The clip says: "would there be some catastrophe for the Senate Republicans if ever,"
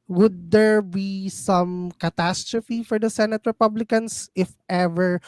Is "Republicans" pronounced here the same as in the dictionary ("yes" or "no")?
no